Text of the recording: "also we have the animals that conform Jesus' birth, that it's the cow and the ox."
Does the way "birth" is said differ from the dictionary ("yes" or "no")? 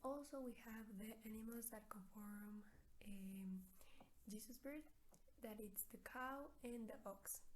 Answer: yes